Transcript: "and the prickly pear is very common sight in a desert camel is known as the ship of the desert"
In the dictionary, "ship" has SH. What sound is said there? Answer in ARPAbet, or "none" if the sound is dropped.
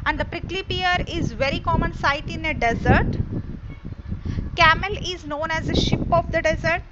SH